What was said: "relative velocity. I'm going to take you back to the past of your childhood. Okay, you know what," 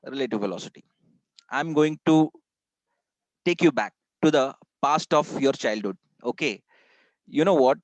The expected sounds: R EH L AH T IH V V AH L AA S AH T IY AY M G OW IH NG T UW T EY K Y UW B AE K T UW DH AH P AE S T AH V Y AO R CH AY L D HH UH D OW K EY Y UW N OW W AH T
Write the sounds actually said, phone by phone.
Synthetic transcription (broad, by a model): R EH L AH T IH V F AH L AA S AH T IY AY M G OW IH NG T UW T EY K Y UW B AE K T UW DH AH P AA S T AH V Y AO R CH AY L D HH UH D OW K EY Y UW N OW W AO T